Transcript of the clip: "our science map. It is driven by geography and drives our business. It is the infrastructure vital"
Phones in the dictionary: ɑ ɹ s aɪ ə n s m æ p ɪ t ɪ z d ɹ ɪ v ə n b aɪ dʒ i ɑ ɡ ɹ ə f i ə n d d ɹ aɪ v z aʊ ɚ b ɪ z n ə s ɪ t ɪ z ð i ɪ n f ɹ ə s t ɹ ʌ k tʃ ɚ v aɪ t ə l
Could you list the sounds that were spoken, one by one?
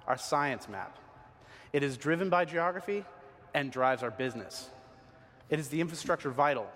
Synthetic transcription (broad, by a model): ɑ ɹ s aɪ ə n s m æ p ɪ t ɪ z d ɹ ɪ v ə n b aɪ dʒ i ɑ ɡ ɹ ə f i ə n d d ɹ aɪ v z aʊ ɚ b ɪ z n ə s ɪ t ɪ z ð i ɪ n f ɹ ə s t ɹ ʌ k tʃ ɚ v aɪ t l